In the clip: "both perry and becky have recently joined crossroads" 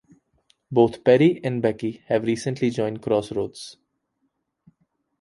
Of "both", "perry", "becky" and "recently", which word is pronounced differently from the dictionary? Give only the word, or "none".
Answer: both